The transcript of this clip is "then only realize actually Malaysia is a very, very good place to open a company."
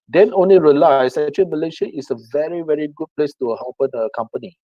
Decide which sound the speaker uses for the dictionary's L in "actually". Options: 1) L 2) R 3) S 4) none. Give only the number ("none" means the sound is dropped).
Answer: 4